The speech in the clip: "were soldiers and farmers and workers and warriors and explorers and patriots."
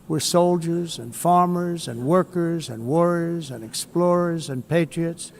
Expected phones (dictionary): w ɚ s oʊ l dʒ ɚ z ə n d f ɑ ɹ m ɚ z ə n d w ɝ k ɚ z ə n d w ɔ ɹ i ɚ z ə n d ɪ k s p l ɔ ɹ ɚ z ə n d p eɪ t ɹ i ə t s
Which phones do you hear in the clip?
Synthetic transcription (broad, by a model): w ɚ s oʊ l dʒ ɚ z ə n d f ɑ ɹ m ɚ z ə n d w ɝ k ɚ z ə n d w ɔ ɹ i ɚ z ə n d ɪ k s p l ɔ ɹ ɚ z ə n p eɪ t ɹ i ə t s